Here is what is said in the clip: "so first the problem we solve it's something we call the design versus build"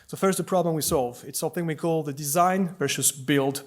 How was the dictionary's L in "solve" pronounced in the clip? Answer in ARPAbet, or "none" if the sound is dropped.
L